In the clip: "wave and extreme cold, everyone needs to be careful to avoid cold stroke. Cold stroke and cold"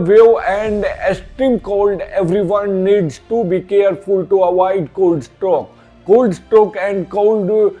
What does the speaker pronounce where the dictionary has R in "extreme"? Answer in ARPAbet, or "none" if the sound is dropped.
none